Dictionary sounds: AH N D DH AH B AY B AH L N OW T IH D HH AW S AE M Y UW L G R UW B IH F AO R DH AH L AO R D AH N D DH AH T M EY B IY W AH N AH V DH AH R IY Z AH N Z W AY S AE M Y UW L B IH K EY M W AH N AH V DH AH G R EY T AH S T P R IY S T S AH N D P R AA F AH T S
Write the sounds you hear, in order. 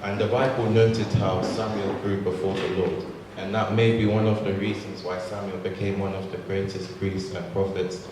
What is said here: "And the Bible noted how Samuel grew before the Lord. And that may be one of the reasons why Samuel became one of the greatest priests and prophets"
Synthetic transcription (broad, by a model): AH N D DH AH B AY B AH L N OW T IH D HH AW S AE M Y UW L G R UW B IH F AO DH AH L AO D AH N DH AH T M EY B IY W AH N AH V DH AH R IY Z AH N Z W AY S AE M Y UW L B IH K EY M W AH N AH V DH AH G R EY T AH S T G R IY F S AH N P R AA F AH T S